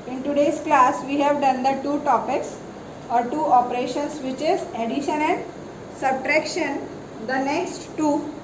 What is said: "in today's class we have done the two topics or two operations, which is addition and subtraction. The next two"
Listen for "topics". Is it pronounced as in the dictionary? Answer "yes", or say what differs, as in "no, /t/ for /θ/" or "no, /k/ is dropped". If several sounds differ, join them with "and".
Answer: yes